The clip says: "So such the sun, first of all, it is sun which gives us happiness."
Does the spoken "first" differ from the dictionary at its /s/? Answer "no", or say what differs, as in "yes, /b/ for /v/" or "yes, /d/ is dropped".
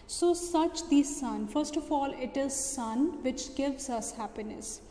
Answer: no